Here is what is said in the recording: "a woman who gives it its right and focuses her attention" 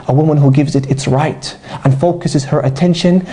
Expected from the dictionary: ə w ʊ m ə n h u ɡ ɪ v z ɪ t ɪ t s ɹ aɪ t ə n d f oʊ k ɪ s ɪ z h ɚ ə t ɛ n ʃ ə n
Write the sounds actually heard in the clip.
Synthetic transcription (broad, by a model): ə w ʊ m ə n h u ɡ ɪ v z ɪ t ɪ t s ɹ aɪ t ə n f oʊ k ɪ s ɪ z h ɚ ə t ɛ n ʃ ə n